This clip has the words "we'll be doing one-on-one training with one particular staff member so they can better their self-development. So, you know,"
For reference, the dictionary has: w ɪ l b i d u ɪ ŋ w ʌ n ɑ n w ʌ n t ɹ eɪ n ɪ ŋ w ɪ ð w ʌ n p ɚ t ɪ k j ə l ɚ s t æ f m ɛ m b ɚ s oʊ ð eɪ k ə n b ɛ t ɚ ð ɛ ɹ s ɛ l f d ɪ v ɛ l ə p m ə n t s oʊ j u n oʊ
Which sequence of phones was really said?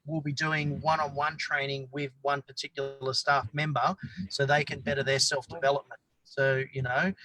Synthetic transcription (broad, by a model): w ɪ l b i d u ɪ ŋ w ʌ n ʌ n w ʌ n t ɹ eɪ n ɪ ŋ w ɪ ð w ʌ n p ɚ t ɪ k j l l ɚ s t æ f m ɛ m b ɚ s oʊ ð eɪ k ə n b ɛ t ɚ ð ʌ ɹ s ɛ l f d ɪ v ɛ l ə p m ə n t s oʊ j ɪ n oʊ